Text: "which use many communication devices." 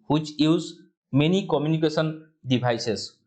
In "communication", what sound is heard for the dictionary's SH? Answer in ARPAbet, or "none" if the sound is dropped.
S